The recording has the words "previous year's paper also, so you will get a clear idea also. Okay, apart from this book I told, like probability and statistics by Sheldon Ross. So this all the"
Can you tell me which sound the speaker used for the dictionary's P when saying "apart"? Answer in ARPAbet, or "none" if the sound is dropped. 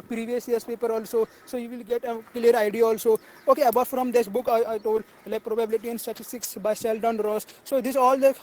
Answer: B